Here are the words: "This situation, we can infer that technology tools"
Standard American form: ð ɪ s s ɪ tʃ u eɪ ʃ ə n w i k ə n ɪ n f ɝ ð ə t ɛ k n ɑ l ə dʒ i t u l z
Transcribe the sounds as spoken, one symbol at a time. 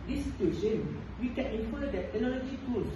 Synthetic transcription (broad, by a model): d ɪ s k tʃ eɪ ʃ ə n w i k ə n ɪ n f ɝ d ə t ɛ n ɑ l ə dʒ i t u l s